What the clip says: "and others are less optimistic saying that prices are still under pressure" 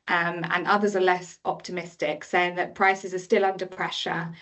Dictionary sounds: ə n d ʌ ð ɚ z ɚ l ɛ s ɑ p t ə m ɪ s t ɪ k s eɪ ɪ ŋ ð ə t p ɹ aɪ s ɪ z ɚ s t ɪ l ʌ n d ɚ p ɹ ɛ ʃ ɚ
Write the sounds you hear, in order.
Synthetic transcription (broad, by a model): ə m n ʌ ð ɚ z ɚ l ɛ s ɑ p t ə m ɪ s t ɪ k s eɪ ɪ ŋ ð ə t p ɹ aɪ s ɪ z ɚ s t ɪ l ʌ n d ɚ p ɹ ɛ ʃ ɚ